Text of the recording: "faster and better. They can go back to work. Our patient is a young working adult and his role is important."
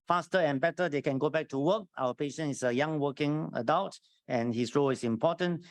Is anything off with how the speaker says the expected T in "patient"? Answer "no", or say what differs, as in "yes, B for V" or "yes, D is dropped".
yes, T is dropped